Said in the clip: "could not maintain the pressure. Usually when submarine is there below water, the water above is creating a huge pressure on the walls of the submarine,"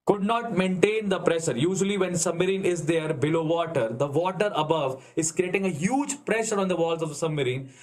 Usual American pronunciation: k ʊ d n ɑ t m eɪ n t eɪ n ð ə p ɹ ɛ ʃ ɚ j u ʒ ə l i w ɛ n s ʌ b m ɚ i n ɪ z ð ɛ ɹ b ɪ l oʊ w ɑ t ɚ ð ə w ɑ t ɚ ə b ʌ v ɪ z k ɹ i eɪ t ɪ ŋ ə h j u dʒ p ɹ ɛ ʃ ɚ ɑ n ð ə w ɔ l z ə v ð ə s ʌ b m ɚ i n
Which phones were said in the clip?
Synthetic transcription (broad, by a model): k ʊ d n ɑ t m eɪ n t eɪ n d ə p ɹ ɛ ʃ ɚ j u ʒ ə l i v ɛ n s ʌ b m ɚ i n ɪ z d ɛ ɹ b ɪ l oʊ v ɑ t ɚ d ə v ɑ t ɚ ə b ʌ v ɪ z k ɹ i eɪ t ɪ ŋ ə h j u dʒ p ɹ ɛ ʃ ɚ ɑ n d ə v ɔ l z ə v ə s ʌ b m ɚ i n